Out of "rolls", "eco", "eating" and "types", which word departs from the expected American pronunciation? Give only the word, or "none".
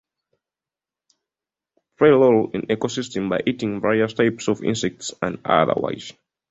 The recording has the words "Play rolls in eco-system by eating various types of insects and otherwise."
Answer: rolls